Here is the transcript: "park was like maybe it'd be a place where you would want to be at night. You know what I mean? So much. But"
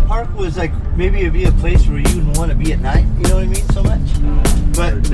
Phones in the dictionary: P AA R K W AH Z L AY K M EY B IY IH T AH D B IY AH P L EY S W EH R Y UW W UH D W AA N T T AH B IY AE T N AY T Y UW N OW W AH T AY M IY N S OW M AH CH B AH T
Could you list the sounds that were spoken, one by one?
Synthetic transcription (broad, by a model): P AA R K W AH Z L AY K M EY B IY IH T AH B IY AH P L EY S W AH R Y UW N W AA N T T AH B IY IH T N AY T Y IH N OW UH AY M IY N S OW M AH CH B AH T